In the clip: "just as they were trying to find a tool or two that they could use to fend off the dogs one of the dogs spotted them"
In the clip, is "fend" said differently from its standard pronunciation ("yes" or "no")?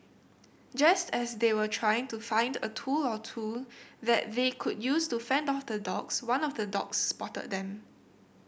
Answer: no